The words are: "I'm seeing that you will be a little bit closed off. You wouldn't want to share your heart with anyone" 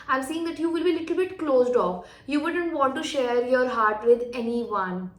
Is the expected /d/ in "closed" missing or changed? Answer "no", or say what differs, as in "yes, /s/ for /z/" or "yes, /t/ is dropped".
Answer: no